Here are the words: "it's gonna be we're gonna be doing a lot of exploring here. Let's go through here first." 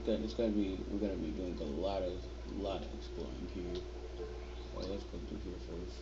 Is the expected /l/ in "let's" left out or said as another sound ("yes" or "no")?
yes